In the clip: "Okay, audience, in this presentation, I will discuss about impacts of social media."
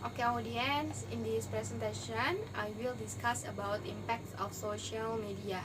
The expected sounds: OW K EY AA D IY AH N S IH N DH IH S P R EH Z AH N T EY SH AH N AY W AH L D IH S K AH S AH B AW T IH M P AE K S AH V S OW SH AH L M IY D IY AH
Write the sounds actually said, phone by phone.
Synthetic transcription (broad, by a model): OW K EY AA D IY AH N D IH N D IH S P R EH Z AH N T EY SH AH N AY W AH L D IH S K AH S AH B AW T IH M P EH K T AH F S OW SH AH L M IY D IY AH